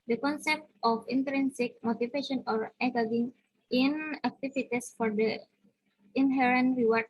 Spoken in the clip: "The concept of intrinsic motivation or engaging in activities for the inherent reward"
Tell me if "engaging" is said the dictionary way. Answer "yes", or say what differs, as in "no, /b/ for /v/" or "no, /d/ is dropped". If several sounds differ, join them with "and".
no, /n/ is dropped